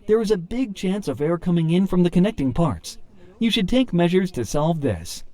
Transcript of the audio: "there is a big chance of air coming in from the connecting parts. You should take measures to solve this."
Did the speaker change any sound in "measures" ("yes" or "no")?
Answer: no